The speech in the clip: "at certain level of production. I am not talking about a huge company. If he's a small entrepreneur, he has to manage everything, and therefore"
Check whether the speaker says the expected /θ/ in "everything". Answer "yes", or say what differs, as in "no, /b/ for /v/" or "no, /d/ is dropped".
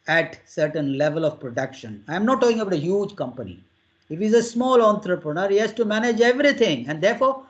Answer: no, /t/ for /θ/